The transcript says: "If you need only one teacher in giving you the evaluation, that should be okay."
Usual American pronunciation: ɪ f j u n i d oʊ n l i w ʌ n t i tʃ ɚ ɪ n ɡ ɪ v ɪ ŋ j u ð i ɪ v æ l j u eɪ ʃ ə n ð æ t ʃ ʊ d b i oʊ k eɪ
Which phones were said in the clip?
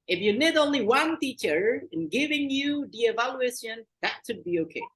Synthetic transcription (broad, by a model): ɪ f j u n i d oʊ n l i w ʌ n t i tʃ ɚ ɪ n ɡ ɪ v ɪ ŋ j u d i ɪ v æ l j u eɪ ʃ ə n ð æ t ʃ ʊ d b i oʊ k eɪ